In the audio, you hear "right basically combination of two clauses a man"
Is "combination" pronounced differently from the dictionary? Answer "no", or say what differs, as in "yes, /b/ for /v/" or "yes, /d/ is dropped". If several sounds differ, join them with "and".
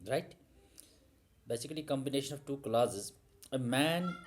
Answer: no